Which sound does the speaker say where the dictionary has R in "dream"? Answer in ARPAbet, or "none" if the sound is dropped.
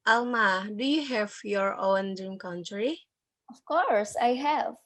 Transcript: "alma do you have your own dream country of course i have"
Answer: none